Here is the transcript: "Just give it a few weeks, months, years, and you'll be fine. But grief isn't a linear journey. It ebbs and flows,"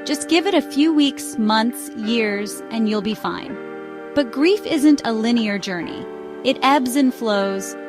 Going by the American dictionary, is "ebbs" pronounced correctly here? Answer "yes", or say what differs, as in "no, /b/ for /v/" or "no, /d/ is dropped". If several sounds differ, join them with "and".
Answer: yes